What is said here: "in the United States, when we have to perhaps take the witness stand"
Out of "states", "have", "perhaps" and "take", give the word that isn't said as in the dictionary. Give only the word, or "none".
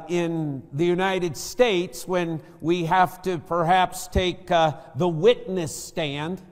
have